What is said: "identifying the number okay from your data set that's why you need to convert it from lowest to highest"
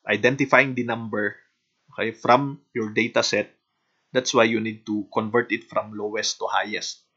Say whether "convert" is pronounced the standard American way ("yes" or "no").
yes